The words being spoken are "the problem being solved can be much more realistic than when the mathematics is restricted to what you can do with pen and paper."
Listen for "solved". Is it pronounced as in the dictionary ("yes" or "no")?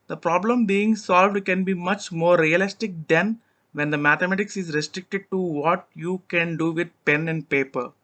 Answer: yes